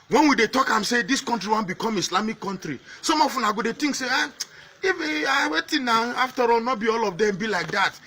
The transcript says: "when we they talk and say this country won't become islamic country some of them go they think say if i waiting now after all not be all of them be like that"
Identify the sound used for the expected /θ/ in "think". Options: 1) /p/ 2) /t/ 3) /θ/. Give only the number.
2